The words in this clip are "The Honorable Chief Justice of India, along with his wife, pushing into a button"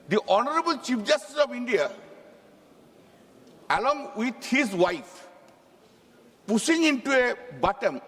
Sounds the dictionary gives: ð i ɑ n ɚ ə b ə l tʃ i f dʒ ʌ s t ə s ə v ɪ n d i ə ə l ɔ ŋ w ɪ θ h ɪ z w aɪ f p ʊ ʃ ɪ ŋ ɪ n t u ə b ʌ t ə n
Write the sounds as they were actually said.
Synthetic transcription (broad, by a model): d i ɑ n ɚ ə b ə l tʃ i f dʒ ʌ s t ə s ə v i n d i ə ə l ɔ ŋ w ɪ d h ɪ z w aɪ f p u s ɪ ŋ ɪ n t u ə b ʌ t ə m